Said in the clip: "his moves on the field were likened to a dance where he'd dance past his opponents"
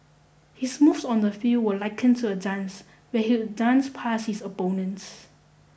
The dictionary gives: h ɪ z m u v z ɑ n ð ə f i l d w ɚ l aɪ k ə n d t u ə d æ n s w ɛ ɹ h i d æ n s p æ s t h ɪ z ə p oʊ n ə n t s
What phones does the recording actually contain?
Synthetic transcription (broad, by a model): h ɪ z m u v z ɑ n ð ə f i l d w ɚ l aɪ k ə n t u ə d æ n s w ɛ h i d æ n s p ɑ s h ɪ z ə b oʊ n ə n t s